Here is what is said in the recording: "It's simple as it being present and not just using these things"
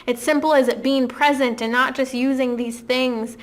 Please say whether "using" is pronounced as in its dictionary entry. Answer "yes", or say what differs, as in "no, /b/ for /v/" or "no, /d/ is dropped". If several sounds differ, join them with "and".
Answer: yes